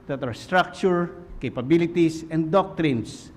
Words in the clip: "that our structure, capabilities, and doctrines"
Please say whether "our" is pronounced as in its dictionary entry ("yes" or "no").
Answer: yes